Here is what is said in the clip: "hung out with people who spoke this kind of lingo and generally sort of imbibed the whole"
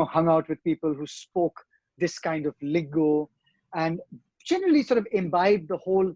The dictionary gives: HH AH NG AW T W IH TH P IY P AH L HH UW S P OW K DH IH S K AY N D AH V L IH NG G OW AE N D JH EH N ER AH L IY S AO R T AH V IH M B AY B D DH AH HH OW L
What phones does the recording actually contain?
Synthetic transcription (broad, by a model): HH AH NG AW T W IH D P IY P AH L HH UW S P OW K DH IH S K AY N D AH V L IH G OW AE N D JH EH N ER AH L IY S AO R T AH V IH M B AY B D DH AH HH OW L